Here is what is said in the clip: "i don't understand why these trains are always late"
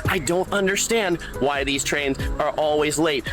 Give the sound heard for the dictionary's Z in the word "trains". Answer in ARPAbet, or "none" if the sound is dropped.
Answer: Z